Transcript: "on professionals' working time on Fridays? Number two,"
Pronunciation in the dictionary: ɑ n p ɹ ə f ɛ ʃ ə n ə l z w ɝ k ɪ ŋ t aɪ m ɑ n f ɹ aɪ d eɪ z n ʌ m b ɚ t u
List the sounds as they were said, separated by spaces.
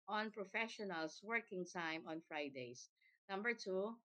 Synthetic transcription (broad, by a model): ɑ n p ɹ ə f ɛ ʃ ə n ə l s w ɝ k ɪ ŋ t aɪ m ɑ n f ɹ aɪ d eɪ s n ʌ m b ɚ t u